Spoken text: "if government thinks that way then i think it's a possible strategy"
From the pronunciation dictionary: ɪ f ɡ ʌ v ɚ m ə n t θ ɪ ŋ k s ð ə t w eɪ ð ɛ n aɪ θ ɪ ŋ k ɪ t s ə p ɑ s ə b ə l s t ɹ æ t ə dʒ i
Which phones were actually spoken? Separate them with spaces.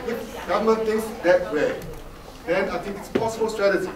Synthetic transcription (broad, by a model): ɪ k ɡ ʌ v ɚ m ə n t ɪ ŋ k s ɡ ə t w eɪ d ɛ n aɪ t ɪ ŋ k ɪ t s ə p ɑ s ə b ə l s t ɹ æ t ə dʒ i